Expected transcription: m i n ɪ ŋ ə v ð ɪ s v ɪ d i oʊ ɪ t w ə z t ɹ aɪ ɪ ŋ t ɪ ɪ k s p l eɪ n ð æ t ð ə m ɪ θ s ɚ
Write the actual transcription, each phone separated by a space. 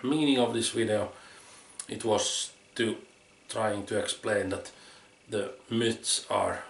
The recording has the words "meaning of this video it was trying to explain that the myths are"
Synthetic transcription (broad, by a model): m i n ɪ ŋ ə v ð ɪ s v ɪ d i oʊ ɪ t w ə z t ɹ aɪ ɪ ŋ t ɪ ɪ k s p l eɪ n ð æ t ð ə m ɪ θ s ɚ